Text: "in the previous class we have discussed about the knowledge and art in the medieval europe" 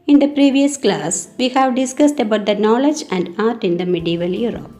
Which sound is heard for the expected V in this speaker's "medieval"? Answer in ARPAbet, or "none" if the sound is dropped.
V